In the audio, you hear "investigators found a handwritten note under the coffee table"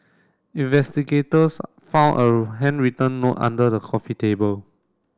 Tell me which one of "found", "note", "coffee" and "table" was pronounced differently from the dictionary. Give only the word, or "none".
found